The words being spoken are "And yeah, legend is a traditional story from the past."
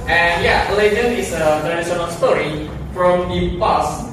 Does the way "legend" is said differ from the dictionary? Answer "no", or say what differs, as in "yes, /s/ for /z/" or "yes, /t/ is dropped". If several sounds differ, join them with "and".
yes, /d/ is dropped